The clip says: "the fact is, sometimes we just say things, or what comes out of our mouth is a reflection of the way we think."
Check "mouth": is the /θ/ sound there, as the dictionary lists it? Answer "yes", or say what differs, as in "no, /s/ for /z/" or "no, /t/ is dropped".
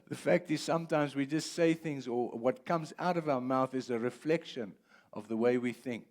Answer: yes